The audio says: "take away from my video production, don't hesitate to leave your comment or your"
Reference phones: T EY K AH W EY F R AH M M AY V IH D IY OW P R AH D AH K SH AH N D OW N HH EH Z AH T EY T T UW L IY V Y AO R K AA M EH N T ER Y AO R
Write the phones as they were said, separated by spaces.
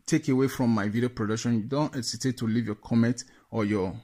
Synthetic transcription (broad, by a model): T EY K AH W EY F R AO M M AY V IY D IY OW P R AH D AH K SH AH N D OW N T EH S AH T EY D T UW L IY V Y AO K AA M EH N T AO Y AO